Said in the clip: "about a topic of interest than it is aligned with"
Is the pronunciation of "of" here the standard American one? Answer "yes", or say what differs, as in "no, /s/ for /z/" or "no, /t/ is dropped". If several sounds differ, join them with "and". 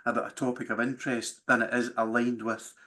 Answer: yes